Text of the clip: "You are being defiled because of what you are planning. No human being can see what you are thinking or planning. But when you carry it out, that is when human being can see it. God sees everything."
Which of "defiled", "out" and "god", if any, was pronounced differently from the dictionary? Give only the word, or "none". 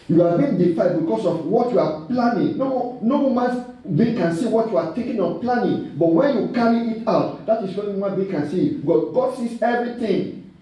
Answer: defiled